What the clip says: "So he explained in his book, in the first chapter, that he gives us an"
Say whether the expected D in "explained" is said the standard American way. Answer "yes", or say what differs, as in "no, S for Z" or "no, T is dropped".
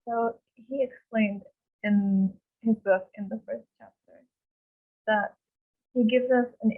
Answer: yes